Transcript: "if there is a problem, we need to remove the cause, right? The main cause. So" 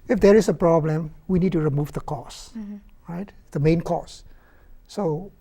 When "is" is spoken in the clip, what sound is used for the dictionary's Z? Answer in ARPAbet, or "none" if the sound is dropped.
S